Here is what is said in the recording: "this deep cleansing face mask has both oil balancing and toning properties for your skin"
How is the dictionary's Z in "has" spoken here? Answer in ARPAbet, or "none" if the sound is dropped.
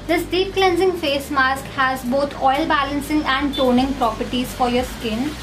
Z